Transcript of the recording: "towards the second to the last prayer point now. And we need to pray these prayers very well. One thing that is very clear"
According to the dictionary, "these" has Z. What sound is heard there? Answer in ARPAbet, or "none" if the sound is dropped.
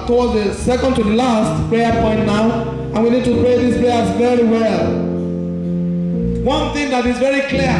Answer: S